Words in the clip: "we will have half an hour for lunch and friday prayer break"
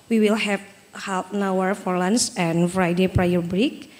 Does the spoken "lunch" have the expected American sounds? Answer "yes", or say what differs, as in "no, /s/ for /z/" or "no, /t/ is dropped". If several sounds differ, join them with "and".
no, /s/ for /tʃ/